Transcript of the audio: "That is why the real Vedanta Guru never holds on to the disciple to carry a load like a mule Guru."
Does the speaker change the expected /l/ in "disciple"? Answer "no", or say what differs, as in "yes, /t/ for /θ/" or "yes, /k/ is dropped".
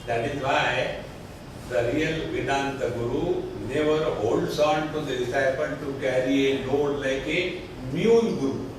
yes, /n/ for /l/